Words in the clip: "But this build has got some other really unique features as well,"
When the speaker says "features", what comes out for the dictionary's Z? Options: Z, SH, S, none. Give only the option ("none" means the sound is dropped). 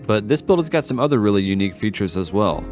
Z